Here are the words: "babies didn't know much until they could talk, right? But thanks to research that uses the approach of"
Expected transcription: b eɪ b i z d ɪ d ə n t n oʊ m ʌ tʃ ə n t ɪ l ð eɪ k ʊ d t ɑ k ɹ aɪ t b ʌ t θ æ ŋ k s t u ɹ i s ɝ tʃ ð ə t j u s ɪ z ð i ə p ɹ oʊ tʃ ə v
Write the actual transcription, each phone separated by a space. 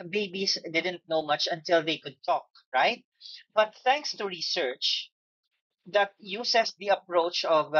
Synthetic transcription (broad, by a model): b eɪ b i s d ɪ d ə n t n oʊ m ʌ tʃ ə n t ɪ l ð eɪ k ʊ d t ɑ k ɹ aɪ t b ʌ t θ æ ŋ k s t u ɹ i s ɝ tʃ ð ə t j u s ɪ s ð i ə p ɹ oʊ tʃ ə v